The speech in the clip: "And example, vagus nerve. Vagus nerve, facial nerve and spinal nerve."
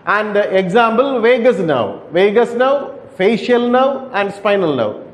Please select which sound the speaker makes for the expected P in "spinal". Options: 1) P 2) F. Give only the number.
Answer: 1